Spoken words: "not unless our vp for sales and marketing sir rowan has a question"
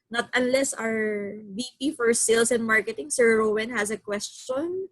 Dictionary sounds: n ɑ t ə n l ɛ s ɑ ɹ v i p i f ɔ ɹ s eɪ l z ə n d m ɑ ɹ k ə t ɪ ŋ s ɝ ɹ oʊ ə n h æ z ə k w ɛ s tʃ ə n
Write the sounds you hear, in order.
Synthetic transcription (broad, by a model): n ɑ t ə n l ɛ s ɑ ɹ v i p i f ɔ ɹ s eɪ l s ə n m ɑ ɹ k ə t ɪ ŋ s ɝ ɹ oʊ ə n h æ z ə k w ɛ s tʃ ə n